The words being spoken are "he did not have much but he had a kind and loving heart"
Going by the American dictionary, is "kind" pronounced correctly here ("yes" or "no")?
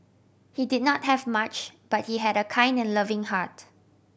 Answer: yes